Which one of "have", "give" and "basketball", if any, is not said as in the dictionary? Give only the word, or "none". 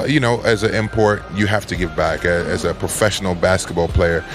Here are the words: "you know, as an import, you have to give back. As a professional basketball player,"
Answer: have